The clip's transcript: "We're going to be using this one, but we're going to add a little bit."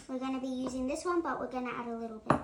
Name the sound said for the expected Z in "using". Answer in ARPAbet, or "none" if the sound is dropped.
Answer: Z